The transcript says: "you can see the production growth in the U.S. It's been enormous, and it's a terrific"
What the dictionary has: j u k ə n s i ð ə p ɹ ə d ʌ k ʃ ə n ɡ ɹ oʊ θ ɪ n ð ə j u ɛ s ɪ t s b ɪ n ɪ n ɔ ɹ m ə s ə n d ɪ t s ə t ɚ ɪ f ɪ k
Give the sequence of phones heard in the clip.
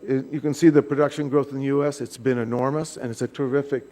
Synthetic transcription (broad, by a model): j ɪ k ə n s i ð ə p ɹ ə d ʌ k ʃ ə n ɡ ɹ oʊ θ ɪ n ð ə j u ɛ s ɪ t s b ɪ n ɪ n ɔ ɹ m ə s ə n ɪ t s ə t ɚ ɪ f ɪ k